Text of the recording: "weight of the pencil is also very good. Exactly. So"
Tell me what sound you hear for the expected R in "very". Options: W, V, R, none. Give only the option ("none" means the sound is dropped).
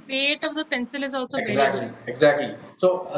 none